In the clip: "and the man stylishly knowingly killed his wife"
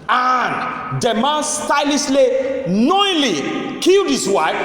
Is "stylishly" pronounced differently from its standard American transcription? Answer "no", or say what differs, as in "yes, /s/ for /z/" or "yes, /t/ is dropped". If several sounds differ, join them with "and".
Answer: yes, /s/ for /ʃ/